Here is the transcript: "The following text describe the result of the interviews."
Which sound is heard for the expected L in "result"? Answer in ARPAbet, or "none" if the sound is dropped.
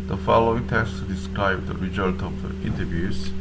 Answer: L